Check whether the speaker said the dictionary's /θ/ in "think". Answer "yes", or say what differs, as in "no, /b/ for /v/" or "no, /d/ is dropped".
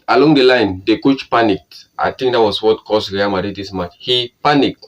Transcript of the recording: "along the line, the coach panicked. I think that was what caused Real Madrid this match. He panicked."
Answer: no, /t/ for /θ/